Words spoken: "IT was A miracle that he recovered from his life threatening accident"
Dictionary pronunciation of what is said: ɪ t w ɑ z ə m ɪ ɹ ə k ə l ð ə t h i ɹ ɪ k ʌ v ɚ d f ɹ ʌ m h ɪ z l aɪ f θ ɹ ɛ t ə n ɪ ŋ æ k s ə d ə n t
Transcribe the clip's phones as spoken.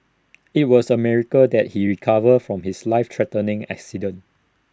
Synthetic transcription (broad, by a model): ɪ t w ɑ s ə m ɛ ɹ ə k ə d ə t h i ɹ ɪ k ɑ v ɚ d f ɹ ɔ m h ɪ s l aɪ f t ɹ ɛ t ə n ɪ ŋ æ k s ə d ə n